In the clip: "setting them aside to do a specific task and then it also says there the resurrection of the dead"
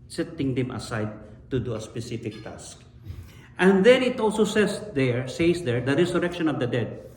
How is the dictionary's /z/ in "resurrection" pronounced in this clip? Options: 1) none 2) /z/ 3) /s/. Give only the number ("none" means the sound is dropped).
3